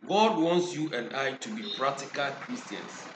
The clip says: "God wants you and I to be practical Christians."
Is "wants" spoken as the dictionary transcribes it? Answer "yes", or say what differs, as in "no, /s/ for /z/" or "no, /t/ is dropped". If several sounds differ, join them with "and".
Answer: yes